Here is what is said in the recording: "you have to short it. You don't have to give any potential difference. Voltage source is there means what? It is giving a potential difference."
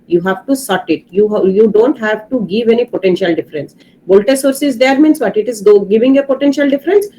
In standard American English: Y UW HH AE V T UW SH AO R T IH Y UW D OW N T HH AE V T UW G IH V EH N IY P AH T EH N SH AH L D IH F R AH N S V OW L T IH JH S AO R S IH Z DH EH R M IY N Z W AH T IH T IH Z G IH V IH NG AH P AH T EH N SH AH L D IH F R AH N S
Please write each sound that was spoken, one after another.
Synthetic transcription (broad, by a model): Y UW HH AE V T UW S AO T T IH Y UW D OW N T HH AE V T UW G IH V EH N IY P AH T EH N SH AH L D IH F R AH N S B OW L T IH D S AO R S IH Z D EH R M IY N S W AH T IH T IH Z G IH V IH NG AH P AH T EH N SH AH L D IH F R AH N S